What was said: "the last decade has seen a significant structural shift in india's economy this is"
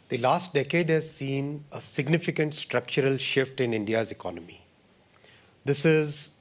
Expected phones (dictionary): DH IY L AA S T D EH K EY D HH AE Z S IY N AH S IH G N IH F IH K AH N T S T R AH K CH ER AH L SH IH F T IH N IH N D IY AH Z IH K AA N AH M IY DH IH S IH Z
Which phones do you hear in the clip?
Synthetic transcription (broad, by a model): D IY L AA S T D EH K EY D HH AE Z S IY N AH S IH G N IH F IH K AH N T S T R AH K CH ER AH L SH IH F T IH N IH N D IY AH Z IH K AA N AH M IY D IH S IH Z